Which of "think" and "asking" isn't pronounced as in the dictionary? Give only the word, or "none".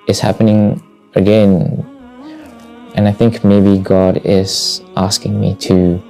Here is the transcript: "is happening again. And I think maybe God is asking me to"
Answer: none